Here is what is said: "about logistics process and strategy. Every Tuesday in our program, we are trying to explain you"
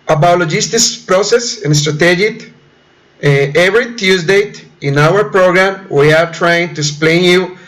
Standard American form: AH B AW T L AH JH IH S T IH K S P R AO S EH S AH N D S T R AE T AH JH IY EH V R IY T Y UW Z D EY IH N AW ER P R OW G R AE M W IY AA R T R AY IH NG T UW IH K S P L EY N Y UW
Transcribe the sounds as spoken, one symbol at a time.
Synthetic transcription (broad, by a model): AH B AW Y L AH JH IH S T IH S P R AO S EH S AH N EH S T R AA T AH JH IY EH V R IY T Y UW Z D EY IH N AW ER P R OW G R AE M W IY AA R T R AY IH NG T UW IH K S P L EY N Y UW